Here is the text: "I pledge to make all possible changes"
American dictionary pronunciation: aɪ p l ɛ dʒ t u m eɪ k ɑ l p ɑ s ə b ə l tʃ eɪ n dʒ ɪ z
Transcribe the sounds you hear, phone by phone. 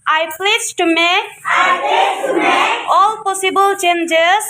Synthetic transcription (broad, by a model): aɪ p l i z t u m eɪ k ɑ l p ɑ s ə b ə l tʃ eɪ n dʒ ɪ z